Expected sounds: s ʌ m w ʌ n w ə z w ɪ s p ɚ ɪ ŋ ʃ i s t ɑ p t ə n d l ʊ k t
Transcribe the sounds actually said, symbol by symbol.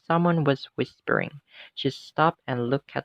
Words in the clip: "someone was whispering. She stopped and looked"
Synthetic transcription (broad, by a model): s ʌ m w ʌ n w ə z w ɪ s p ɚ ɪ ŋ ʃ i s t ɑ p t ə n l ʊ k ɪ